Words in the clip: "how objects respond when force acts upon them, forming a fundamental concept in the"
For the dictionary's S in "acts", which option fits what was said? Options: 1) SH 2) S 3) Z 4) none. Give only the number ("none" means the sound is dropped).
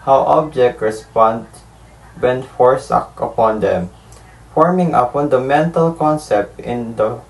4